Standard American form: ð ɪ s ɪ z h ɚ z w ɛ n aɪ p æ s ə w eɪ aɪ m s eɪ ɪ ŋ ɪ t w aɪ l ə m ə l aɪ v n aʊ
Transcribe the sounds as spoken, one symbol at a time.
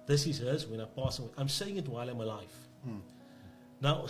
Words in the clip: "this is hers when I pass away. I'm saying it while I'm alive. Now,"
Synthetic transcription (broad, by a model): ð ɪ s ɪ z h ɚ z w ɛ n aɪ p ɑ s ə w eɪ aɪ m s eɪ ɪ ŋ ɪ t w aɪ l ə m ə l aɪ f n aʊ